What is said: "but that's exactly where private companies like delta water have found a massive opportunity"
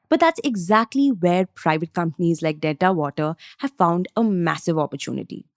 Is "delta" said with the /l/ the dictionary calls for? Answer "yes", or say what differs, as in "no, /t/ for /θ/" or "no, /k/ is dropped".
no, /l/ is dropped